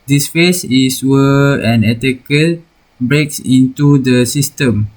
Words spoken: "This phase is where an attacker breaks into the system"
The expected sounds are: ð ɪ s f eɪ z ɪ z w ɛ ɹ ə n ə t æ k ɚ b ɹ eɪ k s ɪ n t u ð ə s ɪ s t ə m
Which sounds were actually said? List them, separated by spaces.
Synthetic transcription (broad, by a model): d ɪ s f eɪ s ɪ s w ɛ ə n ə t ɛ k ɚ b ɹ eɪ k s ɪ n t u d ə s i s t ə m